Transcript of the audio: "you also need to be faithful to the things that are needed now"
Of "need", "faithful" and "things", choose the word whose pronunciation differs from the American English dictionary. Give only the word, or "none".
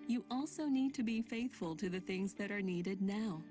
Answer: none